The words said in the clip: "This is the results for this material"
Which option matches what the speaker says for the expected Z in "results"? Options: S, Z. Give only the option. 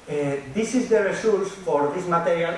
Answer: S